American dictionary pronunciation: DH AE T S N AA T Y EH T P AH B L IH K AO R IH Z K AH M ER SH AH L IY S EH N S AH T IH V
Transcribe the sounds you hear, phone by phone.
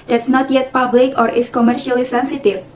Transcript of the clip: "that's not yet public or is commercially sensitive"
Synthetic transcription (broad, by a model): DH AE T S N AA T Y EH T P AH B L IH K AO R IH S K AH M ER SH AH L IY S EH N S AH T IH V